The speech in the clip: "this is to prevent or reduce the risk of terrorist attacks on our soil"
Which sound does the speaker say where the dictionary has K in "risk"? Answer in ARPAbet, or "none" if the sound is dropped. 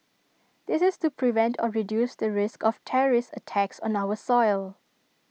K